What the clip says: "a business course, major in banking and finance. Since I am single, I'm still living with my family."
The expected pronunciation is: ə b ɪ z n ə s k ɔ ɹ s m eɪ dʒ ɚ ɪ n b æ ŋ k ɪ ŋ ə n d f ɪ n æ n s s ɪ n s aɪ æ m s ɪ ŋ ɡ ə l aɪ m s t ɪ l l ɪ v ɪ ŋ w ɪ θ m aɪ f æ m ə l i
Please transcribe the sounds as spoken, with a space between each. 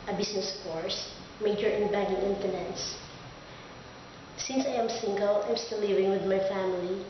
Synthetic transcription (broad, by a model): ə b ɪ s n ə s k ɔ ɹ s m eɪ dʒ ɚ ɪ n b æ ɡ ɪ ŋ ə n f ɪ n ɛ n s s ɪ n s aɪ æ m s ɪ ŋ ɡ ə l aɪ m s t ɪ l l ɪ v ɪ ŋ w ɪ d m aɪ f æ m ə l i